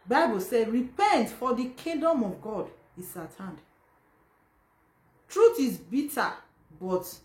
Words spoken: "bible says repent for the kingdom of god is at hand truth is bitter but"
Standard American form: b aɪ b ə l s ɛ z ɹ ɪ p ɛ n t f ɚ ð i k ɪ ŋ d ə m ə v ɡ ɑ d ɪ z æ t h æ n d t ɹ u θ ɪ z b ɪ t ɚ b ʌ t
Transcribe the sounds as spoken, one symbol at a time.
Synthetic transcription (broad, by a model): b aɪ b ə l s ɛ ɹ ɪ p ɛ n t f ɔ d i k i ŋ d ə m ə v ɡ ɑ d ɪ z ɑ t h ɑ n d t ɹ u t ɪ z b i t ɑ b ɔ t